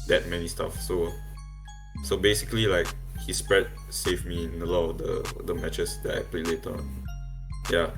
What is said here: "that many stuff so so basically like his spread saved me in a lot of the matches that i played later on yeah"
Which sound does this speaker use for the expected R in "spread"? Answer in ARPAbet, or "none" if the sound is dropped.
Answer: R